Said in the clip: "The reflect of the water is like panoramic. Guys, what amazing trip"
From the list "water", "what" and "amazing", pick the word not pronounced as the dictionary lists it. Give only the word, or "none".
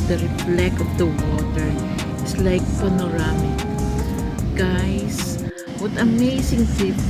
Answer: amazing